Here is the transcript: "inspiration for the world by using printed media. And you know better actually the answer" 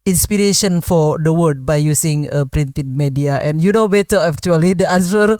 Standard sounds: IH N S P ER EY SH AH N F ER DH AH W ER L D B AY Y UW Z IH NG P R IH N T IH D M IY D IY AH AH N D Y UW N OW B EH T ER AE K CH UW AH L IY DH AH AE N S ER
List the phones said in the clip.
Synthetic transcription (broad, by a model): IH N S P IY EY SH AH N F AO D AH W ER D B AY Y UW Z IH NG P R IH N T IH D M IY D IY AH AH N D Y UW N OW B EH T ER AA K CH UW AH L IY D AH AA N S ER